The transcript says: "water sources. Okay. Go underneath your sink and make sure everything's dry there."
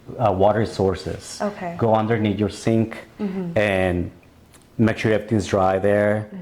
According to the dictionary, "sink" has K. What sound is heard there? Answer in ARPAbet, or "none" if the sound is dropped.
K